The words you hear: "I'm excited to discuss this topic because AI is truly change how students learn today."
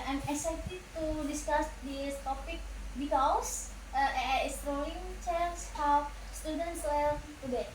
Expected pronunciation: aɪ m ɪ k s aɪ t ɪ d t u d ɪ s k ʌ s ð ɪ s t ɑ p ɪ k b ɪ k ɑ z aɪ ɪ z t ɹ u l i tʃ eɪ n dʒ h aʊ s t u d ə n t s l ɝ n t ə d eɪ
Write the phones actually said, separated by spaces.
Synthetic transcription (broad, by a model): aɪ m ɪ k s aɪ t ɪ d t u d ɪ s k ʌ s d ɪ s t ɑ p ɪ k b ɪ k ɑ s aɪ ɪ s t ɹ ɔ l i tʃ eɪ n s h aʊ s t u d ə n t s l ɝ l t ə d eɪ